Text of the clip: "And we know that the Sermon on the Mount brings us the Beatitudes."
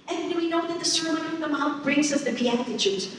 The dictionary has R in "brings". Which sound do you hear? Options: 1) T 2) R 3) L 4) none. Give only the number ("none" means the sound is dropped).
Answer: 2